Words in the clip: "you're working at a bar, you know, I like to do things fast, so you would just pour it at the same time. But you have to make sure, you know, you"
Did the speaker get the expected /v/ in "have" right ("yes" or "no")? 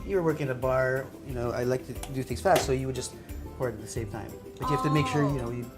no